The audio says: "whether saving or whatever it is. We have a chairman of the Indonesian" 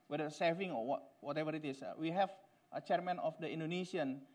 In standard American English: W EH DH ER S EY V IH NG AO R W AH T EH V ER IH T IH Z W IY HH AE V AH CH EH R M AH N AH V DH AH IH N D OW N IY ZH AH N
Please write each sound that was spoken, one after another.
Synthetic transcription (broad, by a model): W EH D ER S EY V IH NG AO W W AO T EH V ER IH T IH S W IY HH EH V AH CH EH R M AH N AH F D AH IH N D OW N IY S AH N